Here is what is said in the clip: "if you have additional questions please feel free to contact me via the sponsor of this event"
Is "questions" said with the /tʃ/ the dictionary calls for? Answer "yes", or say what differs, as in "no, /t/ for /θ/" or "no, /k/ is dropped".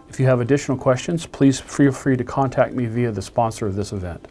yes